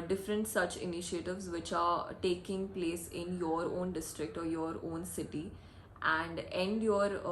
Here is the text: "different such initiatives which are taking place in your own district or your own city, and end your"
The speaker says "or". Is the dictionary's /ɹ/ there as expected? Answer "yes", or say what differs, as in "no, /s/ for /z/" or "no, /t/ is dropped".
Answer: yes